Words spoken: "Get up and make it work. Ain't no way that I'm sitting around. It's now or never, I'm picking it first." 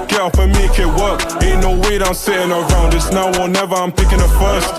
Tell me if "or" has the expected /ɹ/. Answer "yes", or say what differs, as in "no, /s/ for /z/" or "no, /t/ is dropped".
no, /l/ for /ɹ/